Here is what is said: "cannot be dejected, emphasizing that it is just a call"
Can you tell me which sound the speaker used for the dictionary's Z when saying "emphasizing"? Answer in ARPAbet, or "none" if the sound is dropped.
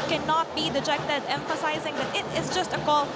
Z